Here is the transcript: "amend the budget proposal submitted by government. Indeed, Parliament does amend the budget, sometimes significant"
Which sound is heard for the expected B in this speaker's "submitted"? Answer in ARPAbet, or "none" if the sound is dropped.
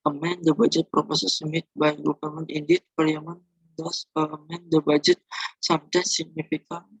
none